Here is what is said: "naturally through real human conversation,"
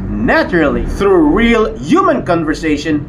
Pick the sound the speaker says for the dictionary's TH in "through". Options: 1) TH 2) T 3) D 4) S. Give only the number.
1